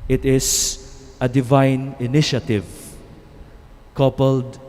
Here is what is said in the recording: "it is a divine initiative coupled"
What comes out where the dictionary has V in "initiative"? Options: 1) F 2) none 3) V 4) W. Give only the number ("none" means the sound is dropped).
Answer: 3